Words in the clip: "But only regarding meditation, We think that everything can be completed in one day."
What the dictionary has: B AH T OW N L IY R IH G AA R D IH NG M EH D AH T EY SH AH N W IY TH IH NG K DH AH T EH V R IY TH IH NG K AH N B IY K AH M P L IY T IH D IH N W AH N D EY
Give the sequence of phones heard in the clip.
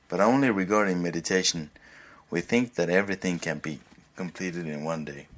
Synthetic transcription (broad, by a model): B AH T OW N L IY R IH G AA R D IH NG M EH D AH T EY SH AH N W IY TH IH NG K DH AH T EH V R IY TH IH NG K AH N B IY K AH M P L IY T IH D IH N W AH N D EY